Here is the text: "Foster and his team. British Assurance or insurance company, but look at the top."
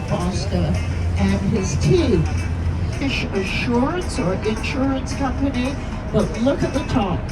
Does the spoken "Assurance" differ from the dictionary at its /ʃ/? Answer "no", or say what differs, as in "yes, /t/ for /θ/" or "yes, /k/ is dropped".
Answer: no